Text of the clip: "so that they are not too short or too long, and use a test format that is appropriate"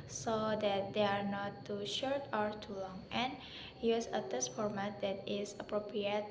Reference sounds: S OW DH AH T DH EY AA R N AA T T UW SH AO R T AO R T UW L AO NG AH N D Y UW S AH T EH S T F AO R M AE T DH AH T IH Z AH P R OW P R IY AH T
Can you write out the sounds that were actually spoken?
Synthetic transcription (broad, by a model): S OW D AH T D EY AA R N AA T T UW SH AO R T AO R T UW L AO NG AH N Y UW S AH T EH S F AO R M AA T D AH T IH S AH P R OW P R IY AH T